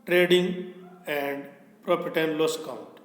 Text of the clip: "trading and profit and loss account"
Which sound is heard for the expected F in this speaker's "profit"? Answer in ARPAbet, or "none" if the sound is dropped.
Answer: P